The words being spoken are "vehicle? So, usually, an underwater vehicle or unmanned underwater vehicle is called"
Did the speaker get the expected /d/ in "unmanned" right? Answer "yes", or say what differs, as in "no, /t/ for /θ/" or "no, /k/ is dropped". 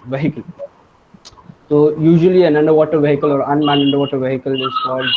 no, /d/ is dropped